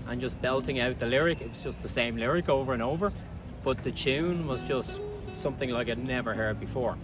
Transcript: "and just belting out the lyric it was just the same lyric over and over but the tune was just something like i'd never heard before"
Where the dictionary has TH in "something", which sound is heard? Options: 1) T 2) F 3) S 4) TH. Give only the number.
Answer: 4